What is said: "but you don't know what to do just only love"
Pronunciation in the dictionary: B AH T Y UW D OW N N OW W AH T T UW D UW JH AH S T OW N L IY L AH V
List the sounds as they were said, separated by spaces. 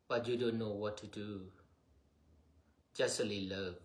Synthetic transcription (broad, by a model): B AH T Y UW D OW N N OW W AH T T UW D UW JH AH S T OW L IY L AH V